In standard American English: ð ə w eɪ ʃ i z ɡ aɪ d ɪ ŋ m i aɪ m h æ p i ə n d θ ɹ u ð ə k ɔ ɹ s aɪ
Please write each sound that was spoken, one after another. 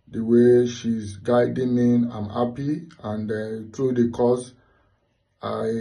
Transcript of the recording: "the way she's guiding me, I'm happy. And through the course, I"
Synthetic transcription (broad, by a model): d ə w eɪ ʃ i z ɡ aɪ d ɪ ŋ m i aɪ m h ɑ p i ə n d t ɹ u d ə k ɔ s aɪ